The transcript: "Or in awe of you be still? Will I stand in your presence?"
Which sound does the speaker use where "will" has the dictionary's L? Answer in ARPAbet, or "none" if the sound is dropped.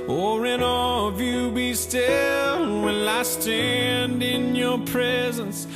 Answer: N